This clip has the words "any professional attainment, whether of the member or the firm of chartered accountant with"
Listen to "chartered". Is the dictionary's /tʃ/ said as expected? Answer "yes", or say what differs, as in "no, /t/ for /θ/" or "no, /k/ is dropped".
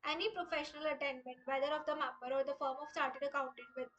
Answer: no, /s/ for /tʃ/